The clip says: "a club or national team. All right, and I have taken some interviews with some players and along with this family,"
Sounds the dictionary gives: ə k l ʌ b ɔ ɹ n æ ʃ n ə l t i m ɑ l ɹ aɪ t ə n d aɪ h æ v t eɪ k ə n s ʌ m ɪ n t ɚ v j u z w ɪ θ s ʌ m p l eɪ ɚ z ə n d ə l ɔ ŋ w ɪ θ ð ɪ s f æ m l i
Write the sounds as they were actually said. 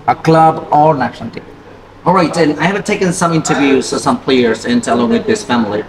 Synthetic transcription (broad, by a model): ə k l ʌ b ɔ ɹ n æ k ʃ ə n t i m ɑ l ɹ aɪ t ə n aɪ h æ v t eɪ k ə n s ʌ m ɪ n t ɚ v j u z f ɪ s ʌ m p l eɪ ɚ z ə n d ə l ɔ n w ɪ ð ɪ s f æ m l i